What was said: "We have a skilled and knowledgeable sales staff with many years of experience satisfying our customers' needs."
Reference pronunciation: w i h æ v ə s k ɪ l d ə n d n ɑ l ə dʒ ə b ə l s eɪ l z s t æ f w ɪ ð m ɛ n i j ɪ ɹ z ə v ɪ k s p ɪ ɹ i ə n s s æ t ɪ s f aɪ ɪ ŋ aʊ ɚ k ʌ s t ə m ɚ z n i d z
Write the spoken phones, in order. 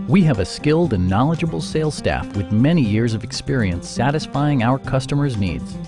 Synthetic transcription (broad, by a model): w i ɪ v ə s k ɪ l d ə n n ɑ l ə dʒ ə b l s eɪ l s t æ f w ɪ ð m ɛ n i j ɪ ɹ z ə v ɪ k s p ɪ ɹ i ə n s s æ t ɪ s f aɪ ɪ ŋ aʊ ɚ k ʌ s t ə m ɚ z n i d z